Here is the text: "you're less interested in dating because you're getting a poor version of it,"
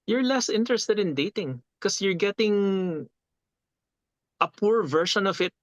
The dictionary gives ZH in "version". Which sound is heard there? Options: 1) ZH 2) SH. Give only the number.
2